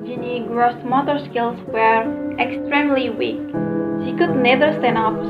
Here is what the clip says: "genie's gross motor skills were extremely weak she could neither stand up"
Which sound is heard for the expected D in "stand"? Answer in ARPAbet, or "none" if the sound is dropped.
none